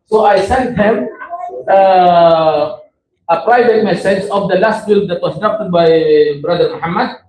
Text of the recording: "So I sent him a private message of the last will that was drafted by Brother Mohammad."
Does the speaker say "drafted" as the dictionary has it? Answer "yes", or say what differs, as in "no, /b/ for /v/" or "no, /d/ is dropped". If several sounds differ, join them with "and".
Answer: no, /ɹ/ is dropped